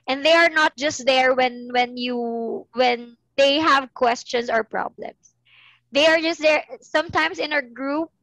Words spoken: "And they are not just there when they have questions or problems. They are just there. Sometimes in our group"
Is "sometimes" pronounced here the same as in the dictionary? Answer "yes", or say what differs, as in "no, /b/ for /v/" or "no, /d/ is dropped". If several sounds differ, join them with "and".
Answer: no, /s/ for /z/